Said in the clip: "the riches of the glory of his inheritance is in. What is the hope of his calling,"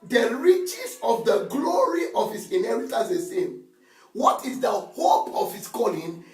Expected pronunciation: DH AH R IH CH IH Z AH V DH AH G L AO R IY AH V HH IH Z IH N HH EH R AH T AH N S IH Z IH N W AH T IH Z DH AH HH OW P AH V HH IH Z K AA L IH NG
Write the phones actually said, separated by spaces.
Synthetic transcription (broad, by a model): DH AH R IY CH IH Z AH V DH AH G L AO R IY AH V HH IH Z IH N HH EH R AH T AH S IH S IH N W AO T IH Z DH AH HH OW P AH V HH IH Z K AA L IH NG